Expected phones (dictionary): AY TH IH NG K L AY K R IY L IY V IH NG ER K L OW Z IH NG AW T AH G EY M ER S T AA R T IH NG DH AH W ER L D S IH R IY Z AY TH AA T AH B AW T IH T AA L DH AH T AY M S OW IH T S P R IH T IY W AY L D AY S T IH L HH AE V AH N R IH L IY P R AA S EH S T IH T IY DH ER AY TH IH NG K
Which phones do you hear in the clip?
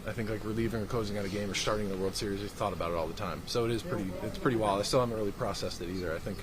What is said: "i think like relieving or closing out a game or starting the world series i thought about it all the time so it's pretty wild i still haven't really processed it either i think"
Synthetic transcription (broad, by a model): AY TH IH NG K L AY K R IY L IY V IH NG ER K L OW Z IH NG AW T AH G EY M ER S T AA R T IH NG DH AH W ER L D S IH R IY Z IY TH AA T AH B AW T IH T AA L DH AH T AY M S OW IH T S P R IH T IY W AY L AY S T IH L HH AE V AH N R IH L IY P R AA S EH S T IH T IY DH ER AY TH IH NG K